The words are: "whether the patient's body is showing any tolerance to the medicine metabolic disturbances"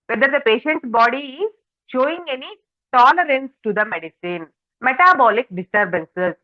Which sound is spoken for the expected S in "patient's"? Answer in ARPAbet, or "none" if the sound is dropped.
none